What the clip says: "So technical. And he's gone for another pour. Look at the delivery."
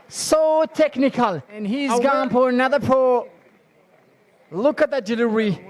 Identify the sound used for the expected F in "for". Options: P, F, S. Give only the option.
P